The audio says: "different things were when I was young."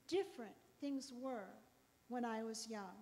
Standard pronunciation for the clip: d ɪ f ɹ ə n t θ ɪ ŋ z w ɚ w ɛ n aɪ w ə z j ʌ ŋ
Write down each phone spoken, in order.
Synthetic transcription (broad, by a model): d ɪ f ɹ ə n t θ ɪ ŋ z w ɚ w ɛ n aɪ w ə z j ʌ ŋ